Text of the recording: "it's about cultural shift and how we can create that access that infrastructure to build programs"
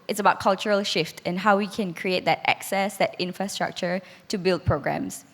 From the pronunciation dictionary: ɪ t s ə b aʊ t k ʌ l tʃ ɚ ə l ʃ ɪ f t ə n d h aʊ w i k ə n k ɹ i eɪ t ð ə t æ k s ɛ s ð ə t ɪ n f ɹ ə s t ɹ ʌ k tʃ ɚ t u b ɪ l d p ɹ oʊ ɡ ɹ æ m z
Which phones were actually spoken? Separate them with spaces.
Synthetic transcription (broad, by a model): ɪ t s ə b aʊ t k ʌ l tʃ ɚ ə l ʃ ɪ f t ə n h aʊ w i k ə n k ɹ i eɪ t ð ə t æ k s ɛ s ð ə t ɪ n f ɹ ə s t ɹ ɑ k tʃ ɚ t u b ɪ l d p ɹ oʊ ɡ ɹ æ m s